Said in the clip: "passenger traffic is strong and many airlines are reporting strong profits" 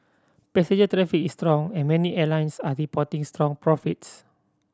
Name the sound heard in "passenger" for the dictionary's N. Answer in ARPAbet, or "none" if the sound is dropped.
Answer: none